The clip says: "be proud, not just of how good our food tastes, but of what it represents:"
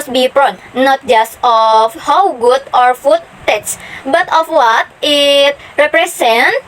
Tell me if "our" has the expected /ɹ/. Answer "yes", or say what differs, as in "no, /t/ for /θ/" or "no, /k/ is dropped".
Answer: yes